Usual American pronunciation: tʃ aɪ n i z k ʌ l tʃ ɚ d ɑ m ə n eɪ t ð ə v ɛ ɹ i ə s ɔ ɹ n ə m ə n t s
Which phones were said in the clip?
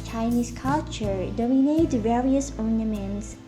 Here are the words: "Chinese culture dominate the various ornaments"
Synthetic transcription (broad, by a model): tʃ aɪ n i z k ʌ l tʃ ɚ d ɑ m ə n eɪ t v ɛ ɹ i ə s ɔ n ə m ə n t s